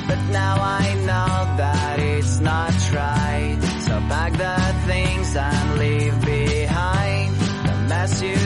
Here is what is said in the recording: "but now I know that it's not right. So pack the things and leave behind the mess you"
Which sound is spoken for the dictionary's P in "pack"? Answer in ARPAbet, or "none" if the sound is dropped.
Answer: B